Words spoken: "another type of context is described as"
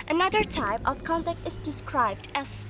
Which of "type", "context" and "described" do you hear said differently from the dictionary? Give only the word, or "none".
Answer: context